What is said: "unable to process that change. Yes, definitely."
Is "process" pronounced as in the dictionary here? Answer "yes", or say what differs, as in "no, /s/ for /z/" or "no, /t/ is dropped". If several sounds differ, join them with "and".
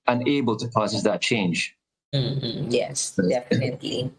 no, /ɹ/ is dropped